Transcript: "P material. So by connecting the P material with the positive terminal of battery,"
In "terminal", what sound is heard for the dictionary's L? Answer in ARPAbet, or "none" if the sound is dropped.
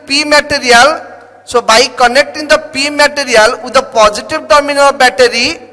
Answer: N